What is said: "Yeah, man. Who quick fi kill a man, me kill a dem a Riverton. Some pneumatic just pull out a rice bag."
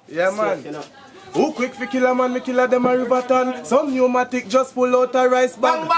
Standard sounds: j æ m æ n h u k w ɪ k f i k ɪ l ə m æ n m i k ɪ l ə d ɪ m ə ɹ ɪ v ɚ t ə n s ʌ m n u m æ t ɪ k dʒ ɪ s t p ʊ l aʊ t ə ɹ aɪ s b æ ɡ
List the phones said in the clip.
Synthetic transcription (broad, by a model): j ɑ m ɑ n h u k w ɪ k f i k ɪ l ə m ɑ n m i k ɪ l ə d ɪ m ə ɹ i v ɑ t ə n s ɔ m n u m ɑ t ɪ k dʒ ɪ s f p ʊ l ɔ t ə ɹ aɪ s b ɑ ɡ